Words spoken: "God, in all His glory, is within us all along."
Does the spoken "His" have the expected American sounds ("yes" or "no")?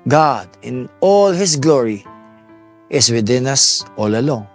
no